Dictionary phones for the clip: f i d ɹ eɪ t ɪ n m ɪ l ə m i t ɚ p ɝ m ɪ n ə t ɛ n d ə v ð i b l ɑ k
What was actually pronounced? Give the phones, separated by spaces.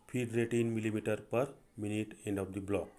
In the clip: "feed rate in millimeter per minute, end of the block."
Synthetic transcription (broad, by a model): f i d ɹ eɪ t ɪ n m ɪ l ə m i t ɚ p ɝ m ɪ n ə t ɛ n d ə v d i b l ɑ k